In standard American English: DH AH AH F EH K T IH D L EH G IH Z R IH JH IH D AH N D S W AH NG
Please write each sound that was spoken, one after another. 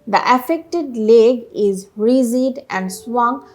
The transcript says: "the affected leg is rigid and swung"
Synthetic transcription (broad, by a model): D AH AH F EH K T IH D L EH G IH Z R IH Z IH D AH N D S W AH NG